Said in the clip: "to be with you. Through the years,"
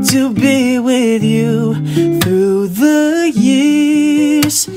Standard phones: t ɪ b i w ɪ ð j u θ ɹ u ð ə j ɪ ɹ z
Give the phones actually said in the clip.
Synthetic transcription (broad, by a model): t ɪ b i w ɪ ð j u θ ɹ u ð ə j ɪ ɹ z